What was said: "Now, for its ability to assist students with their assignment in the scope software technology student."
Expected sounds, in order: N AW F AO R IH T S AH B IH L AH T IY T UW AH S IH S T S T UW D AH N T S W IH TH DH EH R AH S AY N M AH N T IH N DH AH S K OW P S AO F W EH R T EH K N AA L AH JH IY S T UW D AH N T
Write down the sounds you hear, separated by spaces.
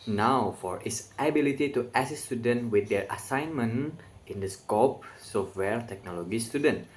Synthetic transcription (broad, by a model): N AW F AO R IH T S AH B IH L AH T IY T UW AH S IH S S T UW D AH N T W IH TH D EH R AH S AY N M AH N IH N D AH S K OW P S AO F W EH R T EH K N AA L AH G IY S T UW D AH N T